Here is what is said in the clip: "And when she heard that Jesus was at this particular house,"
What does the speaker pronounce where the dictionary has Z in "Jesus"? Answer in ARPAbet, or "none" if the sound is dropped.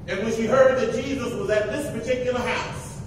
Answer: Z